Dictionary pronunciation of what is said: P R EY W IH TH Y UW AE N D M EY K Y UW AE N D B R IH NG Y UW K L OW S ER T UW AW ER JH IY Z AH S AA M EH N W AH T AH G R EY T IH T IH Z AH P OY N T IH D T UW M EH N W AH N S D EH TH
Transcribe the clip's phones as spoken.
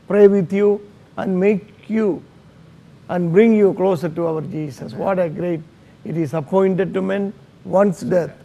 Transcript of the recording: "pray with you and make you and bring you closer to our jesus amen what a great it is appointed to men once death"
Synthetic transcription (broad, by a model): P R EY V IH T Y UW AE N D M EY K Y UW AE N D B R IH NG Y UW K L OW S ER T UW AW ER JH IY S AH S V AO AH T AH G R EY T IH T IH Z AH P OY N T IH D T UW M EH N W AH N S D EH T